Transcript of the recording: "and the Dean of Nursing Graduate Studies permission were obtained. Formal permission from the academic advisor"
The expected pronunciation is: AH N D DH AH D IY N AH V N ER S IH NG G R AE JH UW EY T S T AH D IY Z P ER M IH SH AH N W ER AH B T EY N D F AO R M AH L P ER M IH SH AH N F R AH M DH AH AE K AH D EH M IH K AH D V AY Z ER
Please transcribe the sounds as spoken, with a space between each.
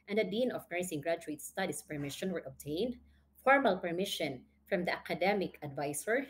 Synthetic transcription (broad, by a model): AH N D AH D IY N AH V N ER S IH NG G R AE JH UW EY T S T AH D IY S P ER M IH SH AH N W ER AH B T EY N D F AO R M AH L P ER M IH SH AH N F R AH M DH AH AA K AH D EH M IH K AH D V AY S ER